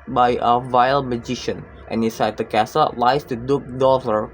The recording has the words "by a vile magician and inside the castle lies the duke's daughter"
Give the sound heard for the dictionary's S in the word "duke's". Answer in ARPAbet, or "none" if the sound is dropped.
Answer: none